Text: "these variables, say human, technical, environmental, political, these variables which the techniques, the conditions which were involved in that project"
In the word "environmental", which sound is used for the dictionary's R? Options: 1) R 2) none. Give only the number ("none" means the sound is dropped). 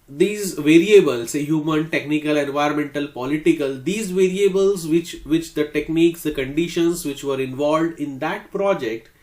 2